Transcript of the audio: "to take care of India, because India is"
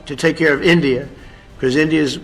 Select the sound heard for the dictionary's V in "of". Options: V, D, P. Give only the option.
V